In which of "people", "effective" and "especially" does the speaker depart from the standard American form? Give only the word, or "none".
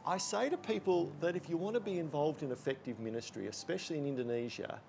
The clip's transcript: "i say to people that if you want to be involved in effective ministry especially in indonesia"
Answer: none